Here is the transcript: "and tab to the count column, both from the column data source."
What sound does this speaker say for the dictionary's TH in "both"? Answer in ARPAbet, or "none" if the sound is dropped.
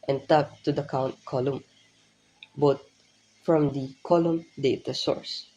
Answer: T